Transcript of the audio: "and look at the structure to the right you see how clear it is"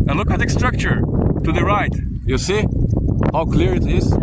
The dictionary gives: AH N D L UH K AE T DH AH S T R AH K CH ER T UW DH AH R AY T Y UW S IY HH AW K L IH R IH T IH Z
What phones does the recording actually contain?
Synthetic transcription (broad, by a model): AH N L UH K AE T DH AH S T R AH K CH ER T UW DH AH R AY T Y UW S IY HH AW K L IH R IH T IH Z